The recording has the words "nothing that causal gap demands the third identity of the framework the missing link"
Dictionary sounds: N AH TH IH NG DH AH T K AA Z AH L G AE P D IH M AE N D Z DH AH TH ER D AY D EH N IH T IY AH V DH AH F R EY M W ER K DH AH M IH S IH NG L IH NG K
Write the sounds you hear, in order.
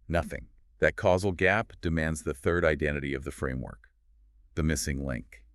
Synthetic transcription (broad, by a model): N AH TH IH NG DH AH T K AA Z L G AE P D IH M AE N D Z DH AH TH ER D AY D EH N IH T IY AH V DH AH F R EY M W ER K DH AH M IH S IH NG L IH NG K